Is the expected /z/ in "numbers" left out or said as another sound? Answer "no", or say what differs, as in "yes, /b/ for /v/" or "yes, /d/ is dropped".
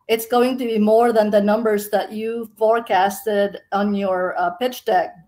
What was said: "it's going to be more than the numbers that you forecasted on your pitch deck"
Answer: no